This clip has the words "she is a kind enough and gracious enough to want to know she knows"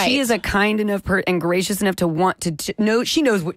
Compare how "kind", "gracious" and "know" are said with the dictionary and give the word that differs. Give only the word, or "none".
none